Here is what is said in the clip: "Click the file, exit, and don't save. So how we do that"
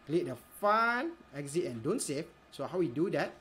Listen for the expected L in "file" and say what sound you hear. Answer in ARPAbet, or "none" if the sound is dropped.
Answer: N